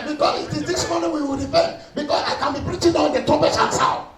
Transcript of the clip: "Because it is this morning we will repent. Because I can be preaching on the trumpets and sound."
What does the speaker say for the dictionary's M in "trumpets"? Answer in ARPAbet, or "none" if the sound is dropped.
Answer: none